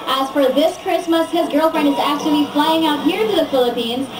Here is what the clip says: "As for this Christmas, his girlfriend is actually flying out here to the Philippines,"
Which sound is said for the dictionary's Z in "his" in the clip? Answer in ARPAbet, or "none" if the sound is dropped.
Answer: Z